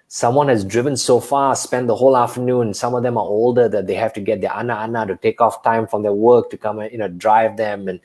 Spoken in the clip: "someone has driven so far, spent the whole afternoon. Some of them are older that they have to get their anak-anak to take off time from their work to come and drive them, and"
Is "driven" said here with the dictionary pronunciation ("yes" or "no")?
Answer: yes